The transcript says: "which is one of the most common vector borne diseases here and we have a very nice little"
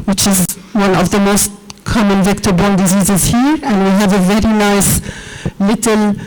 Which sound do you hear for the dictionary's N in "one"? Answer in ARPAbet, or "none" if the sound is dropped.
N